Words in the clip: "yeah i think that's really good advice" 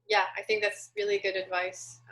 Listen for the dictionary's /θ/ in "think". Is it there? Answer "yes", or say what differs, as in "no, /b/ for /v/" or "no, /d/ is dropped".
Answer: yes